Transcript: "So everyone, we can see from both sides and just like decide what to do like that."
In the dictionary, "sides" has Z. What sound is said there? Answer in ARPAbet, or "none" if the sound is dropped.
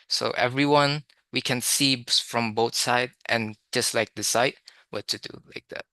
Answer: none